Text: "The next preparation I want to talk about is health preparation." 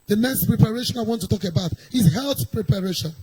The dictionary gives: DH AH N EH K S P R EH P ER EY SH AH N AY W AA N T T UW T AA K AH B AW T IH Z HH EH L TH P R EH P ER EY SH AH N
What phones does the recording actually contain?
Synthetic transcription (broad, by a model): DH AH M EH S P R EH P ER EY SH AH N AY W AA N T T UW T AA K AH B AW T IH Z HH EH L TH P R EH P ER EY SH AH N